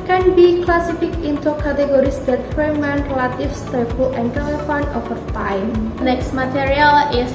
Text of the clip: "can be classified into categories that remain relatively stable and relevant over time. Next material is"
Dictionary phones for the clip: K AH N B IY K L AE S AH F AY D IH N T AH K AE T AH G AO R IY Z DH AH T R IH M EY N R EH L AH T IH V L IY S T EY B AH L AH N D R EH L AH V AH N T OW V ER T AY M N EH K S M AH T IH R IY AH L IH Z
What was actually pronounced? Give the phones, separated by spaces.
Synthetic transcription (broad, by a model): K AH N B IY K L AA S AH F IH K IH N T AH K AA T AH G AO R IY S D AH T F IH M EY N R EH L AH T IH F S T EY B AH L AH N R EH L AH F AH N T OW F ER T AY M N EH K S M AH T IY R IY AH L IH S